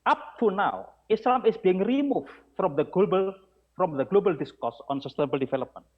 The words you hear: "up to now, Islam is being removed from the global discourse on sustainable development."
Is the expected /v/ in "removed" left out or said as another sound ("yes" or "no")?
yes